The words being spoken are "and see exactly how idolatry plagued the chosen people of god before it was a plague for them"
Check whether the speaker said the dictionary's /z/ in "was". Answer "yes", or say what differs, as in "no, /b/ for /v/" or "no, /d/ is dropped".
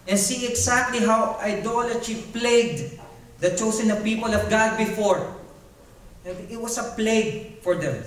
no, /s/ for /z/